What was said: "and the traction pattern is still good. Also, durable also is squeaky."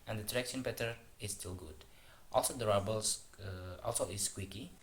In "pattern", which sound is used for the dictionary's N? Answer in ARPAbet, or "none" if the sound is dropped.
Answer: none